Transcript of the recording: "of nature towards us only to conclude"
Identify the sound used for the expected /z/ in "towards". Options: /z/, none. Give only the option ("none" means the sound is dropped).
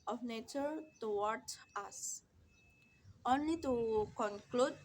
none